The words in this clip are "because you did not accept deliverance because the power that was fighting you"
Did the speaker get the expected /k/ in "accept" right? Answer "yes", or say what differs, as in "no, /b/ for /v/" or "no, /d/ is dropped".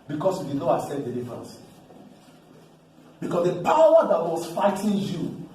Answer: no, /k/ is dropped